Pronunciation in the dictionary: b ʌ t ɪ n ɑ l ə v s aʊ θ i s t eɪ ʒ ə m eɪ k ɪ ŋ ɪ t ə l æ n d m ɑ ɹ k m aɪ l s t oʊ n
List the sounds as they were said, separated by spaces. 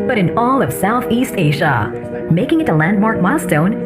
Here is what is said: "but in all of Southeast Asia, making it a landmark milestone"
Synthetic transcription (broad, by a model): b ʌ t ɪ n ɑ l ə v s aʊ θ i s t eɪ ʒ ə m eɪ k ɪ ŋ ɪ t ə l æ n d m ɑ ɹ k m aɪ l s t oʊ n